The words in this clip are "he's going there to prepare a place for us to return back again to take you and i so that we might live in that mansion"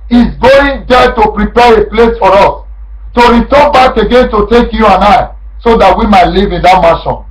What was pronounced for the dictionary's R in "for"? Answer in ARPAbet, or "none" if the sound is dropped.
R